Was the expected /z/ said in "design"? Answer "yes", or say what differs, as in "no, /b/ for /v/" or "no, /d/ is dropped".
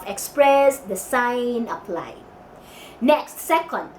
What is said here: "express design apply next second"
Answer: no, /s/ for /z/